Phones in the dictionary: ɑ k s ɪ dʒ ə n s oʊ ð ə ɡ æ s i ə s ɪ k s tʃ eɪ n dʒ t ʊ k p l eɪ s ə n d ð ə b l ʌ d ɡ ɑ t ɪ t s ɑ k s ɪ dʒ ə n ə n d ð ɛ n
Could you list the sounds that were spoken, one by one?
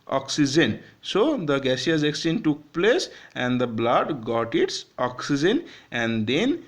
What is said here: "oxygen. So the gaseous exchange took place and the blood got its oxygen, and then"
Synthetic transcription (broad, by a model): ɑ k s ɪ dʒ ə n s oʊ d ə ɡ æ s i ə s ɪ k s eɪ n t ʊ k p l eɪ s ə n d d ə b l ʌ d ɡ ɑ t ɪ t s ɑ k s ɪ dʒ ə n ə n d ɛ n